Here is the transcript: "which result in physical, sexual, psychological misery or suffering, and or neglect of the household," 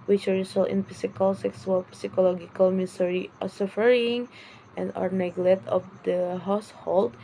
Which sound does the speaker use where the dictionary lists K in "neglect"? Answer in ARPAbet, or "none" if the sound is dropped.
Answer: none